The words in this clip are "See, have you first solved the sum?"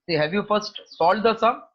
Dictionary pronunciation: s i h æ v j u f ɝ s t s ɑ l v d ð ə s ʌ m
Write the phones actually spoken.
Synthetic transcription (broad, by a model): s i h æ v j u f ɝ s t s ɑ l d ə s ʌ